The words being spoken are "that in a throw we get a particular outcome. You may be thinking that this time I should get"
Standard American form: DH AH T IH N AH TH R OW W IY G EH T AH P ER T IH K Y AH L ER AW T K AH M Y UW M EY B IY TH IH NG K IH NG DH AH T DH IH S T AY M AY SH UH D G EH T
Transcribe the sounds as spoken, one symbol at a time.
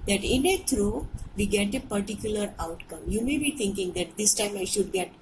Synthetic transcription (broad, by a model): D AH T IH N AH T R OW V IY G EH T AH P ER T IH K Y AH L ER AW T K AH M Y UW M EY B IY T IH NG K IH NG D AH T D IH S T AY M AY SH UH D G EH T